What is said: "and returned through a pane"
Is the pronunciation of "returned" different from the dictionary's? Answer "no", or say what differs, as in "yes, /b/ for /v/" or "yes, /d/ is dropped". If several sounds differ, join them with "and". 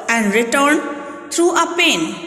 no